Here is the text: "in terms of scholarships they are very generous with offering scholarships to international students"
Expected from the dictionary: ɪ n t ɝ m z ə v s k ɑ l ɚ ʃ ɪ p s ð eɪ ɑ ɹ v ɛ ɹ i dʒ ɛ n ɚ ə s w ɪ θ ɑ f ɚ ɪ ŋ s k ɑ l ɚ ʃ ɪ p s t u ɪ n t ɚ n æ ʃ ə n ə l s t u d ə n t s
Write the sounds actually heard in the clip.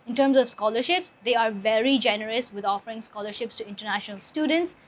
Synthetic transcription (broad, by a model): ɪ n t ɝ m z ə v s k ɑ l ɚ ʃ ɪ p s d eɪ ɑ ɹ v ɛ ɹ i dʒ ɛ n ɚ ə s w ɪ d ɑ f ɚ ɪ ŋ s k ɑ l ɚ ʃ ɪ p s t u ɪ n t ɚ n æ ʃ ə n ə l s t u d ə n t s